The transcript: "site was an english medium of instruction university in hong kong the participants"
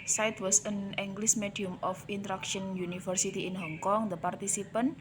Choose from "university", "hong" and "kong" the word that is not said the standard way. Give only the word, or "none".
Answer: university